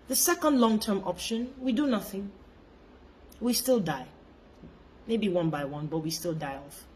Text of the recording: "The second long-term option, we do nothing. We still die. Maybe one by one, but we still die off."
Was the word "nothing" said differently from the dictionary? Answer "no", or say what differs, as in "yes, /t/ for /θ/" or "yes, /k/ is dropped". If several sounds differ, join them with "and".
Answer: no